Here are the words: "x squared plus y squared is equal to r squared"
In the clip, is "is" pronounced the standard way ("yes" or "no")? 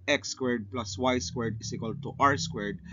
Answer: no